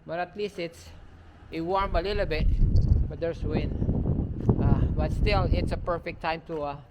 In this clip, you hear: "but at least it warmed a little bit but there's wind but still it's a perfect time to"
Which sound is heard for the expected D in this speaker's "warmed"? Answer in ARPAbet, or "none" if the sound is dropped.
none